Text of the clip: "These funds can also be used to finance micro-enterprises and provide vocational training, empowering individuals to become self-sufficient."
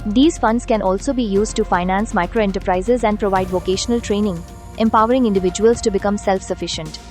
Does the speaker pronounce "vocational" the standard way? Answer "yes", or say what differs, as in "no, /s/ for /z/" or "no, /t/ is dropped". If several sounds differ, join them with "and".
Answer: yes